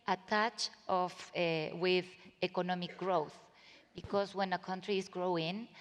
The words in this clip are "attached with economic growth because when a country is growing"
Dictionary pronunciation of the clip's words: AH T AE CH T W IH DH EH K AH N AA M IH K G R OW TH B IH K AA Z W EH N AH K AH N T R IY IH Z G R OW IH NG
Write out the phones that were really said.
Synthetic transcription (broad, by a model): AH T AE CH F W IH DH EH K AH N AA M IH K G R OW TH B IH K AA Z W EH N AH K AH N T R IY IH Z G R OW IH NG